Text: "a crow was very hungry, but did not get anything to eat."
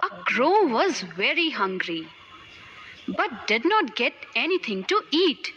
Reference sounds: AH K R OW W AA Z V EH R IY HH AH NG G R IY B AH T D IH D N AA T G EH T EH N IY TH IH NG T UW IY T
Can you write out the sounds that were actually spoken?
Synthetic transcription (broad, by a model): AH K R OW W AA Z V EH R IY HH AH NG G R IY B AH T D IH D N AA T G EH T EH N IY T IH NG T UW IY T